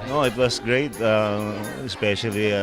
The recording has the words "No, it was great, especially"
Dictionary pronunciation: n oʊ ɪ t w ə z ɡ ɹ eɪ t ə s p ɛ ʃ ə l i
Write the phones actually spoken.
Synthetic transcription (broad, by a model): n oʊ ɪ t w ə s ɡ ɹ eɪ t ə s p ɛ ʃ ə l i